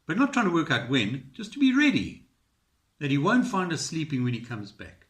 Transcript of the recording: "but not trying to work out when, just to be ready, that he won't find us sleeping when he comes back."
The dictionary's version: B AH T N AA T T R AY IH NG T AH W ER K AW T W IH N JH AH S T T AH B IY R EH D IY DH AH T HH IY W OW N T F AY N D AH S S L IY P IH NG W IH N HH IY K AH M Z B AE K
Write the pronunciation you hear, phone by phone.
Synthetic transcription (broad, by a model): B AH T N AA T T R AY IH NG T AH W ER K AW T W IH N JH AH S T T AH B IY R EH D IY DH AH T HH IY W OW N T F AY N D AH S S L IY P IH NG W IH N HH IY K AH M Z B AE K